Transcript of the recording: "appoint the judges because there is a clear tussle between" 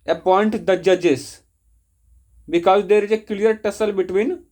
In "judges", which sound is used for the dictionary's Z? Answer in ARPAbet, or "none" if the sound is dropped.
S